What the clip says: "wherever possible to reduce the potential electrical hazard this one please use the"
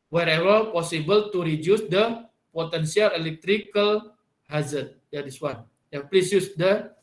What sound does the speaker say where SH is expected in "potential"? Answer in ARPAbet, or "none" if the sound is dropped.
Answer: S